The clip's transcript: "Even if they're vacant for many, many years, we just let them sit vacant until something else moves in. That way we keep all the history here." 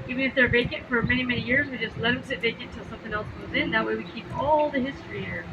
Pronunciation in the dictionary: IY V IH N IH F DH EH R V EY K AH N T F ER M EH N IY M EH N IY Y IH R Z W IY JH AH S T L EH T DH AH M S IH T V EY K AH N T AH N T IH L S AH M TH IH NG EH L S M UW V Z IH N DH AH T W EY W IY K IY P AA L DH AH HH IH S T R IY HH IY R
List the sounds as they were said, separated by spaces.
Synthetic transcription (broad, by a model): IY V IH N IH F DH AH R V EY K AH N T F ER M EH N IY M EH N IY Y IH R Z W IY JH AH S T L EH T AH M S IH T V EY AH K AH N T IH L S AH M TH IH NG EH L S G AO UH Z IH N DH AH T W EY W IY K IY P AA L DH AH HH IH S T R IY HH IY R